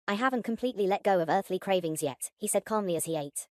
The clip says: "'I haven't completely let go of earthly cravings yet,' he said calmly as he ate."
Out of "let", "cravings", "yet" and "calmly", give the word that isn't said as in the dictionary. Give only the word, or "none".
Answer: none